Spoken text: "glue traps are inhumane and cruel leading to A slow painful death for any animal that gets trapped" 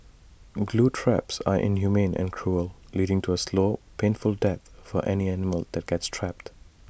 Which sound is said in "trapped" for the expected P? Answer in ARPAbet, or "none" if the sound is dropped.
P